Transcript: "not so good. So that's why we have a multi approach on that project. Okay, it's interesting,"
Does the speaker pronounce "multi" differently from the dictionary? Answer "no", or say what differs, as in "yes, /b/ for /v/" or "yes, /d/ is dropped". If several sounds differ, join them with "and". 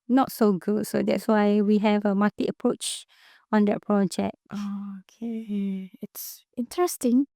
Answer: yes, /l/ is dropped